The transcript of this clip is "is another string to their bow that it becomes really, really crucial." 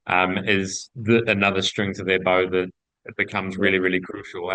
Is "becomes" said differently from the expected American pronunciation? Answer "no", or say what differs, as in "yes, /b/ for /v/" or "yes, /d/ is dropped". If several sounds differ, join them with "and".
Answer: no